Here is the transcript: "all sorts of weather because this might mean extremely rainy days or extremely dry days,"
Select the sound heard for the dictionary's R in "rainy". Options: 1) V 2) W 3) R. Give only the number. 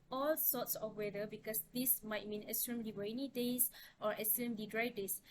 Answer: 2